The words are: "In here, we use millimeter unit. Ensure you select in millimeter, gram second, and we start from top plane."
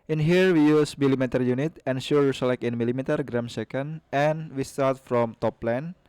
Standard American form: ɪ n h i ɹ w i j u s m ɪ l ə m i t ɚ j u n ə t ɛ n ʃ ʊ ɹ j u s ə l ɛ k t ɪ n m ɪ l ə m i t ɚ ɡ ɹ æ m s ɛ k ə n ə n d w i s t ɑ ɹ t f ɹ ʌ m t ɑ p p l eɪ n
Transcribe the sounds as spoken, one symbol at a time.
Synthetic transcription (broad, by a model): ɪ n h i ɹ w i j u s m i l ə m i t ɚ j u n ə t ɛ n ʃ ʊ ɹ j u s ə l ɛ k ɪ n m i l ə m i t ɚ ɡ ɹ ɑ m s ɛ k ə n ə n w i s t ɑ ɹ t f ɹ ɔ m t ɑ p p l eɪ n